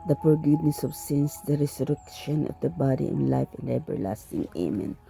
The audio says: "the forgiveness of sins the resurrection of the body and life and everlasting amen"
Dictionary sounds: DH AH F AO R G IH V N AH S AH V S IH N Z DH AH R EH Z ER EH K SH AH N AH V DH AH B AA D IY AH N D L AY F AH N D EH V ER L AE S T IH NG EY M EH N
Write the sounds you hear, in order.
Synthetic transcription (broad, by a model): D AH P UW R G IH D N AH S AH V S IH N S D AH R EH S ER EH K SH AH N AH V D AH B AA D IY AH N L AY F AH N D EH B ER L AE S T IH NG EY M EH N